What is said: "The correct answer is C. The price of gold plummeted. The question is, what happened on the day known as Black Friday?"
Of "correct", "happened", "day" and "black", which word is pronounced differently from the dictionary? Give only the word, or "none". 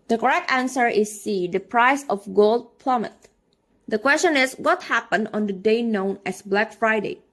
none